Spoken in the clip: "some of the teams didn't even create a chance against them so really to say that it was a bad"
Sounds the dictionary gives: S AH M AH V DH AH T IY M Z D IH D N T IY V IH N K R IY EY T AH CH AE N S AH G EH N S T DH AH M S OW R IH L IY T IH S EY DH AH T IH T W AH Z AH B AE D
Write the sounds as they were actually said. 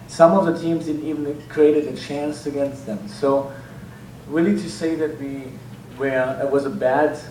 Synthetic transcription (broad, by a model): S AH M AH V DH AH T IY M Z D IH D N T IY V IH N K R IY EY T AH CH AE N S AH G EH N S T DH AH M S OW R IH L IY T IH S EY DH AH T IH T W AH Z AH B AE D